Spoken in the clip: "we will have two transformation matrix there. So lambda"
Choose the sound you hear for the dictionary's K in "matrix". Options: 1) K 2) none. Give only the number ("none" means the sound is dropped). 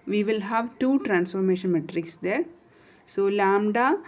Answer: 1